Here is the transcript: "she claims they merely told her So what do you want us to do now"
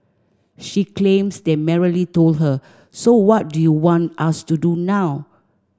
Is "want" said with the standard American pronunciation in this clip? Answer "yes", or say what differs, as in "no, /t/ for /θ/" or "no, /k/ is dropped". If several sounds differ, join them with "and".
yes